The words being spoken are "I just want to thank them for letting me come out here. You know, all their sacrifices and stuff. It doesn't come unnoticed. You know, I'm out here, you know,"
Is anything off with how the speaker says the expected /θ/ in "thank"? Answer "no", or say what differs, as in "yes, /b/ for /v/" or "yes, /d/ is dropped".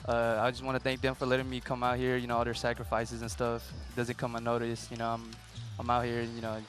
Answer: no